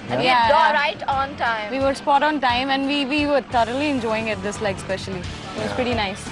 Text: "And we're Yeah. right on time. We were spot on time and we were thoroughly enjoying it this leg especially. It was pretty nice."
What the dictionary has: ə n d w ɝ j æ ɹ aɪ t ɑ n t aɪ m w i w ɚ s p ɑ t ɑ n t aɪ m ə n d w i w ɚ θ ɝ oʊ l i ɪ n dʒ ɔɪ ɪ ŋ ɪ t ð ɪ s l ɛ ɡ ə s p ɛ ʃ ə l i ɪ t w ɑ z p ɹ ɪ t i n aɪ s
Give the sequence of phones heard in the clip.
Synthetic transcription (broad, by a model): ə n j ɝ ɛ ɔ ɹ aɪ t ɑ n t aɪ m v i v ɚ s p ɑ t ɑ n t aɪ m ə n d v i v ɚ t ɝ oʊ l i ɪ n dʒ ɔɪ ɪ ŋ ɪ t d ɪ s l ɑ ə s p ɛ ʃ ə l i ɪ t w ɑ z p ɹ ɪ t i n aɪ s